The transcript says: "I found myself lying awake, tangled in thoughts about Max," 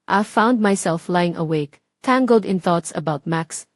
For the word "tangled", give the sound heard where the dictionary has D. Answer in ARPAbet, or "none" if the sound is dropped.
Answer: D